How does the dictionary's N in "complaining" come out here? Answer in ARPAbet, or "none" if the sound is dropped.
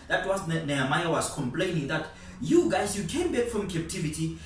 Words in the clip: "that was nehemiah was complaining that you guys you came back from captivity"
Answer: N